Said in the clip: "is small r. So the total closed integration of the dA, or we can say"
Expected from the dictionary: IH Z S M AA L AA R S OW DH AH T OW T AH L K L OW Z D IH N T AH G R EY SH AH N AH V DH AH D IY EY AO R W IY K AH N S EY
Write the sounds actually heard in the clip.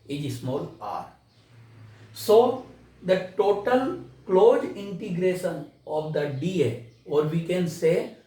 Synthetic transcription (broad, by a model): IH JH S M AA L AA R S OW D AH T OW T AH L K L OW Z IH N T AH G R EY SH AH N AH V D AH D IY EY AO R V IY K AH N S EY